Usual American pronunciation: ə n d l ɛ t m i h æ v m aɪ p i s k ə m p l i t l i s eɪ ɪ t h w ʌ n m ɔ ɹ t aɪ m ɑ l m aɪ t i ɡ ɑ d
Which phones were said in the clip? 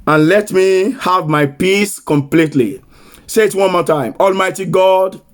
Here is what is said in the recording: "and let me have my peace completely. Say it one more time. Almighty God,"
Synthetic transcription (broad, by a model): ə n l ɛ t m i h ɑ v m aɪ p i s k ə m p l i t l i s eɪ ɪ t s w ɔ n m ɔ t aɪ m ɑ l m aɪ t i ɡ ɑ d